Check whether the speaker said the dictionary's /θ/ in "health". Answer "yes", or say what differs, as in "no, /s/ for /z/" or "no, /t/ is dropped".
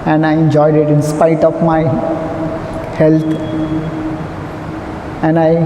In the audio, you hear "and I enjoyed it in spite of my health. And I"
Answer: no, /t/ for /θ/